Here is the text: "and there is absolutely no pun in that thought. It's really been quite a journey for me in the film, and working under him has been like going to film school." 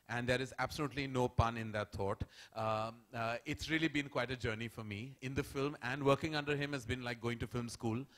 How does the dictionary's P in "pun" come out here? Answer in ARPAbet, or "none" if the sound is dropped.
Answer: P